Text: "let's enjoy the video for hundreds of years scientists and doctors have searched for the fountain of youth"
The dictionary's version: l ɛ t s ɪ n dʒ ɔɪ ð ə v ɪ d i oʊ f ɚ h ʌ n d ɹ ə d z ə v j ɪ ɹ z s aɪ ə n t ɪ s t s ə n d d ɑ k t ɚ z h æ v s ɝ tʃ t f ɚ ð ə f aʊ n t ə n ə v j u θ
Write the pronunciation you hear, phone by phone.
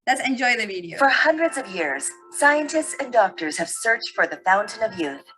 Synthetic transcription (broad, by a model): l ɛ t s ɪ n dʒ ɔɪ ð ə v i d i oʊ f ɚ h ʌ n d ɹ ə d z ə v j ɪ ɹ z s aɪ ə n t ɪ s t s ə n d d ɑ k t ɚ z h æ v s ɝ tʃ t f ɚ ð ə f aʊ n t ə n ə v j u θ